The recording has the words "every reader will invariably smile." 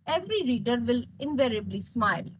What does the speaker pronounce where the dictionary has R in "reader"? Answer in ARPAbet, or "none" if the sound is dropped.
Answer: R